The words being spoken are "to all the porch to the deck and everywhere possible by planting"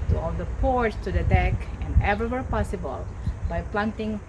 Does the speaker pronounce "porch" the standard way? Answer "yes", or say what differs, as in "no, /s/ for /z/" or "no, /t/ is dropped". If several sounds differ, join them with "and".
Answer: no, /s/ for /tʃ/